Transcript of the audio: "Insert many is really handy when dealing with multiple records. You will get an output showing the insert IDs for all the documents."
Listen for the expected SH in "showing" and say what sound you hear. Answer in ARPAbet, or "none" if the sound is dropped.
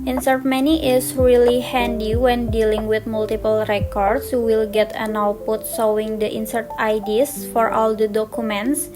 S